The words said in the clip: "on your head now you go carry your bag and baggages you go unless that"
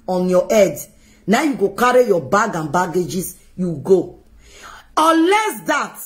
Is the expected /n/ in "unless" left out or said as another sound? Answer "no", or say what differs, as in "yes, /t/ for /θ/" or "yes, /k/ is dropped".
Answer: yes, /n/ is dropped